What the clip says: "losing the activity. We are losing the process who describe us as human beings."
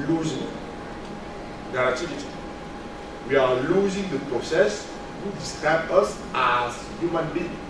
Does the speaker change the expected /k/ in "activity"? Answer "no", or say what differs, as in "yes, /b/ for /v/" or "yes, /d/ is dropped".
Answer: yes, /k/ is dropped